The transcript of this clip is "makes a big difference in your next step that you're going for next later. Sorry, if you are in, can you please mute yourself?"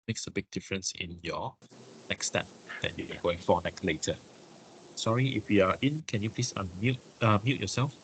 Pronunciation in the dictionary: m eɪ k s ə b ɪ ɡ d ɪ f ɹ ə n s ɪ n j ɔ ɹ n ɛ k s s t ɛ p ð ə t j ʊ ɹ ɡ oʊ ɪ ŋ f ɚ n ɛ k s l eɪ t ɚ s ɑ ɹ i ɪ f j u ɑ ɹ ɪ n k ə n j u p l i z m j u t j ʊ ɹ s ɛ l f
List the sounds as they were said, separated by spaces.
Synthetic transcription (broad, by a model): m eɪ k s ə b ɪ ɡ d ɪ f ɹ ə n s ɪ n j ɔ n ɛ k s s t ɛ p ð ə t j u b ɡ oʊ ɪ ŋ f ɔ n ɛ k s l eɪ t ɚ s ɑ ɹ i ɪ f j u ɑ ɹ ɪ n k ə n j u p l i s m j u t j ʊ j s ɛ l f